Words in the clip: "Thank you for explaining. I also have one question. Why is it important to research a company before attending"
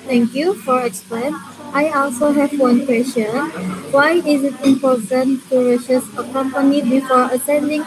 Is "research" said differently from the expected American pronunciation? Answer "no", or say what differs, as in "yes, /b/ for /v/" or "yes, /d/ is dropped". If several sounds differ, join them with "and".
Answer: yes, /ʃ/ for /s/ and /s/ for /tʃ/